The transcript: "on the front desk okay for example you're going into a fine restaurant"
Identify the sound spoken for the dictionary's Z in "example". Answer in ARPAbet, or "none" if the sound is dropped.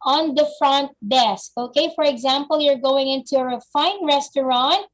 Z